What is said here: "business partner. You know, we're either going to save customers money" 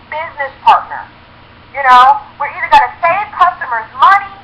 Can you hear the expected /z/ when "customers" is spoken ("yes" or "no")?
yes